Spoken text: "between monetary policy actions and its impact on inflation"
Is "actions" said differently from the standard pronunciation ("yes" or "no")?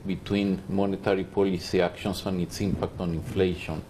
yes